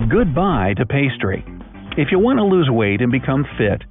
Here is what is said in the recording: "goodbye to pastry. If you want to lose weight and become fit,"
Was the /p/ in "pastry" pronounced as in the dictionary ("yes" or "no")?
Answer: yes